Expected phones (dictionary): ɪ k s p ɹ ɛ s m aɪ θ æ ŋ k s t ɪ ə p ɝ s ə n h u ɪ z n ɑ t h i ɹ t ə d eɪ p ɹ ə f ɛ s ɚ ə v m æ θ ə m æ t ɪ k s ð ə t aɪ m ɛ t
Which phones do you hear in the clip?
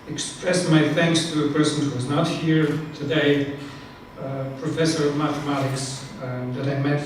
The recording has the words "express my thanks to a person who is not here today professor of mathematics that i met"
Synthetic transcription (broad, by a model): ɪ k s p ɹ ɛ s m aɪ θ æ ŋ k s t ɪ ə p ɝ s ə n h u ɪ z n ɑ t h i ɹ t ə d eɪ p ɹ ə f ɛ s ɚ ə v m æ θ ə m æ t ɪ k s ð ə t aɪ m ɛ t